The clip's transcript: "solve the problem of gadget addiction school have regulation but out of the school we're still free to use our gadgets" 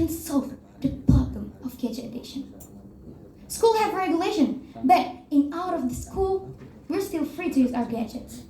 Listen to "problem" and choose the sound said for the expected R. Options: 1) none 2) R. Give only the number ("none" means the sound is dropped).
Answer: 1